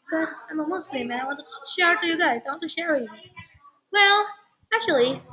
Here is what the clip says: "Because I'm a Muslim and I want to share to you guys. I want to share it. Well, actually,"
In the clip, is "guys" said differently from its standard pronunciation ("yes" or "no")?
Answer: no